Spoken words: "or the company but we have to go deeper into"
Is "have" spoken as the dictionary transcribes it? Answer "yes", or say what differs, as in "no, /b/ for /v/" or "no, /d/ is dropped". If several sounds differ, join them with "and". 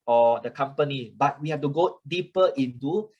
no, /f/ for /v/